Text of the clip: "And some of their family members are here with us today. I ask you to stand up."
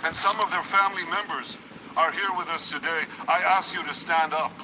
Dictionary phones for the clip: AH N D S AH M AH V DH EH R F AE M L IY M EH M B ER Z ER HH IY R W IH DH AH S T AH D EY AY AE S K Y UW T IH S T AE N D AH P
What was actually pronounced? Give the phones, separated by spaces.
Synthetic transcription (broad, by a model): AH N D S AH M AH V DH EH R F AE M L IY M EH M B ER Z ER HH IY R W IH DH AH S T AH D EY AY AE S K Y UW T IH S T AE N D AH P